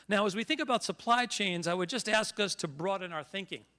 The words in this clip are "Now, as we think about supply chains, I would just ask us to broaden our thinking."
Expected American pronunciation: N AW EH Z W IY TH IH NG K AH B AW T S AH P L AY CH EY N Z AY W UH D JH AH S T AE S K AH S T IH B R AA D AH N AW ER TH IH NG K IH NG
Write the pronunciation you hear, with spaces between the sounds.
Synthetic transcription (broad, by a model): N AW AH Z W IY TH IH NG K AH B AW T S AH P L AY CH EY N Z AY W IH D JH AH S T AE S K AH S T IH B R AA D AH N AW ER TH IH NG K IH NG